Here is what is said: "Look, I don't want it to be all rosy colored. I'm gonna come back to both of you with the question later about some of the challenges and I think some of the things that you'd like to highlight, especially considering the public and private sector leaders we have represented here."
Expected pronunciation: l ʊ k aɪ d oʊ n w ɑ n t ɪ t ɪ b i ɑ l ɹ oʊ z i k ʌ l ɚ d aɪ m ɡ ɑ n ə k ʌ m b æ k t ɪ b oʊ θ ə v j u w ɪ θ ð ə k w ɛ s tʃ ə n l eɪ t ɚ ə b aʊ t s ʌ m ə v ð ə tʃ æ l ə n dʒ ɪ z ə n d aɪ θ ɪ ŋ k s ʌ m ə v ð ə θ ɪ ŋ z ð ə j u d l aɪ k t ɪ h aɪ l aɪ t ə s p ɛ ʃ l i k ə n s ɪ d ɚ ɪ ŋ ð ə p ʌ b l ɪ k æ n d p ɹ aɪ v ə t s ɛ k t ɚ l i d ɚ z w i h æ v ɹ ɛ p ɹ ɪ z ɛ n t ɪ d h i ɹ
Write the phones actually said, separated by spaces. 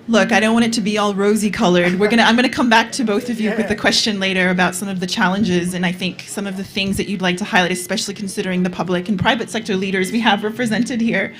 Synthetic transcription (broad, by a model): l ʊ k aɪ d oʊ n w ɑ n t ɪ t ɪ b i ɑ l ɹ oʊ z i k ʌ l ɚ d aɪ m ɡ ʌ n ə k ʌ m b æ k t ɪ b oʊ θ ə v j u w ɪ ð ə k w ɛ s tʃ ə n l eɪ t ɚ ə b aʊ t s ʌ m ə v ð ə tʃ æ l ə n dʒ ɪ z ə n aɪ θ ɪ ŋ k s ʌ m ə v ð ə θ ɪ ŋ z ð ə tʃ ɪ d l aɪ k t ɪ h aɪ l aɪ t ə s p ɛ ʃ l i k n s ɪ d ɚ ɪ ŋ ð ə p ʌ b l ɪ k n p ɹ aɪ v ə t s ɛ k t ɚ l i d ɚ z w i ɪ v ɹ ɛ p ɹ ɪ z ɛ n t ɪ d h i ɹ